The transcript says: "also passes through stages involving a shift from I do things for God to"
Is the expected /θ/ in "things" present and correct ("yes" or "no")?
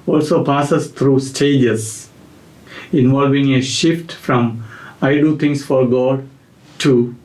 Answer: no